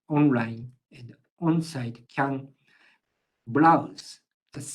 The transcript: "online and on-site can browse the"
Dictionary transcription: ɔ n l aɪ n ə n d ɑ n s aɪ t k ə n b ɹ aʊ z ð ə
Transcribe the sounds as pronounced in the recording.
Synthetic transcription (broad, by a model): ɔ n l aɪ n ə n d ɑ n s aɪ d k ə n b l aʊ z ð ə